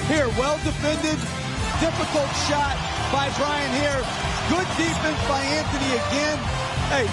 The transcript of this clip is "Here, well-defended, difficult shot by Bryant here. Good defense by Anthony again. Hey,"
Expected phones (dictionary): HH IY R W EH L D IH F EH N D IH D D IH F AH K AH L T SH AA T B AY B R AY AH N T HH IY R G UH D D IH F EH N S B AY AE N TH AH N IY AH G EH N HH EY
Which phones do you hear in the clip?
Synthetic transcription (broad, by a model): HH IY R W EH L D IH F EH N D IH D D IH F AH K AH L T SH AA T B AY B R AY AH N HH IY R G UH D D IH P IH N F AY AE N T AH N IY AH G EH N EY